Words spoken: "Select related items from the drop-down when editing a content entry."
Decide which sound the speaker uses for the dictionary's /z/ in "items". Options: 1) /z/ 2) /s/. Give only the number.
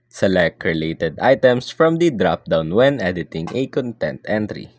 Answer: 2